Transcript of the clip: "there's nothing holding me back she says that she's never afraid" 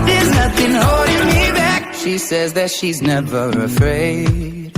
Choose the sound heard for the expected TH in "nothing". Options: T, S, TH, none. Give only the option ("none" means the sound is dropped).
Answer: TH